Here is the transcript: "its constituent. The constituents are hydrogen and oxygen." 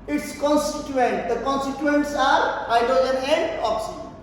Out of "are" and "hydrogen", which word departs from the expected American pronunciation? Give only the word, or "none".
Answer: hydrogen